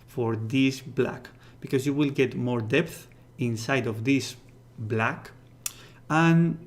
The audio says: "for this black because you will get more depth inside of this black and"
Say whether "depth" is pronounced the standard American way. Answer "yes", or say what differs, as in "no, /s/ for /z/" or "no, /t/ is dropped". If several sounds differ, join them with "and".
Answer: yes